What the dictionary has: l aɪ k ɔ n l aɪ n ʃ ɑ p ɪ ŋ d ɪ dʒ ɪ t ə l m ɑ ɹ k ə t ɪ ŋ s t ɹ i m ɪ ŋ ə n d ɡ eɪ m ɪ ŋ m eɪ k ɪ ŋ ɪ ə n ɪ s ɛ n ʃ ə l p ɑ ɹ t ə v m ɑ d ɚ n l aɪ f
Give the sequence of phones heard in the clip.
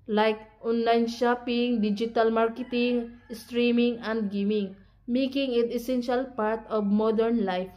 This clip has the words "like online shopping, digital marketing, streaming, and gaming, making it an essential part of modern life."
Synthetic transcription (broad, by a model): l aɪ k ɔ n l aɪ n ʃ ɑ p ɪ ŋ d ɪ dʒ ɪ t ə l m ɑ ɹ k ə t ɪ ŋ s t ɹ i m ɪ ŋ ə n d ɡ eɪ m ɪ ŋ m eɪ k ɪ ŋ ɪ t ɪ s ɛ n ʃ ə l p ɑ ɹ t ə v m ɑ d ɚ n l aɪ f